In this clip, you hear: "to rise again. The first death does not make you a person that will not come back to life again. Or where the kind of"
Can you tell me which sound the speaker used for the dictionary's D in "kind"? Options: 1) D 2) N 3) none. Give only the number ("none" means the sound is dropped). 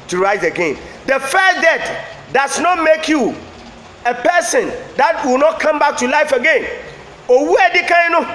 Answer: 3